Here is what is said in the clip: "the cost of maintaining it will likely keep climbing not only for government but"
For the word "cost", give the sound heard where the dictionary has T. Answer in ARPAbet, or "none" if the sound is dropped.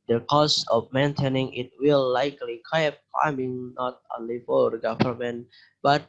none